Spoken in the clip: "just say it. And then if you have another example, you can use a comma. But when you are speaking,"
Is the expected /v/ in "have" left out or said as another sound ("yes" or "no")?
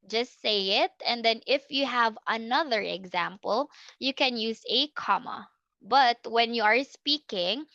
no